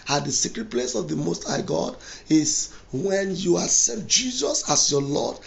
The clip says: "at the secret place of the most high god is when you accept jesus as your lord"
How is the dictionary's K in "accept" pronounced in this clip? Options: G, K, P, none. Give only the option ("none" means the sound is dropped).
none